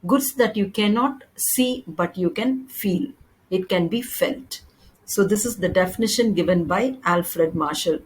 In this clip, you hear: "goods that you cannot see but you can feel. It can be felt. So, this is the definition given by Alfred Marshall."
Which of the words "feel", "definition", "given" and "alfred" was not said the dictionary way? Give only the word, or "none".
none